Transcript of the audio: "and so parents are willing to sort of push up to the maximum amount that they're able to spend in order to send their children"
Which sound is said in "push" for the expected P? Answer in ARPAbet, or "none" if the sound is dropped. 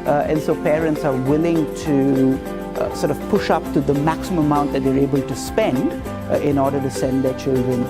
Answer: P